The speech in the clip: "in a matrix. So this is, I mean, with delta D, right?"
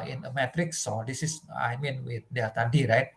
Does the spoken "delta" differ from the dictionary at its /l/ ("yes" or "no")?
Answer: yes